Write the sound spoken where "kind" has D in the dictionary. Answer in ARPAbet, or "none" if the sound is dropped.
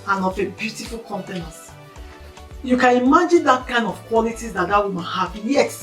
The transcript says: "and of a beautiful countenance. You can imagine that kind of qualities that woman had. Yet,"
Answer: D